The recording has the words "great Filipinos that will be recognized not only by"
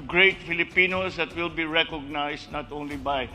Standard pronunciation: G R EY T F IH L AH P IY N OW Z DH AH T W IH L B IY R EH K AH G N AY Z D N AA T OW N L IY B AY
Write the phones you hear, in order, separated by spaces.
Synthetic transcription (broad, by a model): G R EY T F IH L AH P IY N OW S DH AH T W IH L B IY R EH K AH G N AY S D N AA T OW N L IY B AY